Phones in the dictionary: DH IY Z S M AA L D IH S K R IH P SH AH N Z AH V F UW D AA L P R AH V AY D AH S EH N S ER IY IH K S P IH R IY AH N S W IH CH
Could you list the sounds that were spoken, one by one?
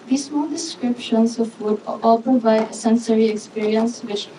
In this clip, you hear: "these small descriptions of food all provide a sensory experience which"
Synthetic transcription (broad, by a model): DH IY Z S M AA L D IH S K R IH P SH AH N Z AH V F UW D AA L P AH B AY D AH S EH N S ER IY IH K S P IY R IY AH N S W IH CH